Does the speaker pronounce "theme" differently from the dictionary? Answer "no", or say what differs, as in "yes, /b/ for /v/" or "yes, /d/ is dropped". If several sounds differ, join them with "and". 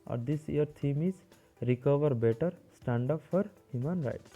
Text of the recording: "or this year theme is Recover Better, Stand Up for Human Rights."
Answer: yes, /t/ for /θ/